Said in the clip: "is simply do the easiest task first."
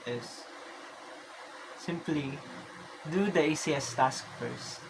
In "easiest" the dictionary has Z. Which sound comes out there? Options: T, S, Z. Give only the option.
S